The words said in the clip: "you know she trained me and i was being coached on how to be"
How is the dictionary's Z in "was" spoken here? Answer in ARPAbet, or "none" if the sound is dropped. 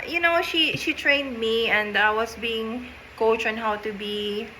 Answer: S